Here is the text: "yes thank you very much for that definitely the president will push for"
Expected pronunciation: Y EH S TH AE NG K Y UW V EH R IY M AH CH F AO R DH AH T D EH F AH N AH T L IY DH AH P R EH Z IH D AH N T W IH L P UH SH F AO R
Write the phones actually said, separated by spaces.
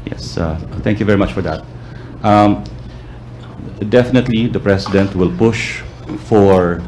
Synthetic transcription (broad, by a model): Y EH S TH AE NG K Y UW V EH R IY M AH CH F AO R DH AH T D EH F AH N AH T L IY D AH P R EH S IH D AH N T W IH L P UH SH F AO R